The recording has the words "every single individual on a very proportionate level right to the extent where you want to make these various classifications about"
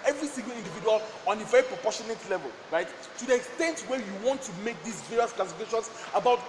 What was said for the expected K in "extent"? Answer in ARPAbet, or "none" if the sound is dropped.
K